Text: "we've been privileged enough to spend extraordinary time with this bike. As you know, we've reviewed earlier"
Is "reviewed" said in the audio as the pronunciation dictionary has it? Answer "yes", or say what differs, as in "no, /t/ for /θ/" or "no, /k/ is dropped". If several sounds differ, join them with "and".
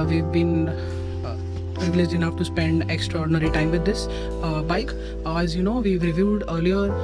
yes